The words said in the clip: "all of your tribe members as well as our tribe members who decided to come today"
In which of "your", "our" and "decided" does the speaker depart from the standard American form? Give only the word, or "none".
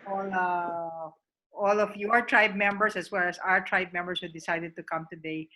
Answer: none